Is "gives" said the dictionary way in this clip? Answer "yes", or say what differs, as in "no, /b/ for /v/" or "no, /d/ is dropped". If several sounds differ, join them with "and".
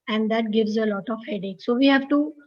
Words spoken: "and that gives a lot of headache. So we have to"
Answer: yes